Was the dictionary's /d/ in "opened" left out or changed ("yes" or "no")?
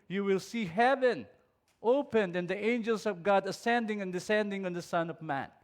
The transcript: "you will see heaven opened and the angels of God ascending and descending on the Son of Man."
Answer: no